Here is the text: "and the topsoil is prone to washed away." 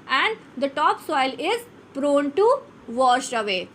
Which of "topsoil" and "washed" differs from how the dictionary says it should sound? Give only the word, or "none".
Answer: washed